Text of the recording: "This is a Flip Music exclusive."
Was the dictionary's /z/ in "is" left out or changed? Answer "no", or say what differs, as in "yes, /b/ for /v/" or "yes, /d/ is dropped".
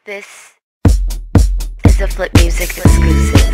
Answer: no